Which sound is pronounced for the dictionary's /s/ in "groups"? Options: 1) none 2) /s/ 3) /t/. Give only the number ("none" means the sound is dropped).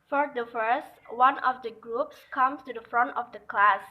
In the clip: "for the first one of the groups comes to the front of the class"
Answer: 2